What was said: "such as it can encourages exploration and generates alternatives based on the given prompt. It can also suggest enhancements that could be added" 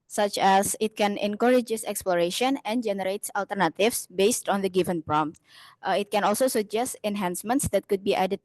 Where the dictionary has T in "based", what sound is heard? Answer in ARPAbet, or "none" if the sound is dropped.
T